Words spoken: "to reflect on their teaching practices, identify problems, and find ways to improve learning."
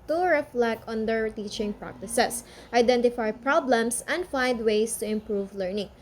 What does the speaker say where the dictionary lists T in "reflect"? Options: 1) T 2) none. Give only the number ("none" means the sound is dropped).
2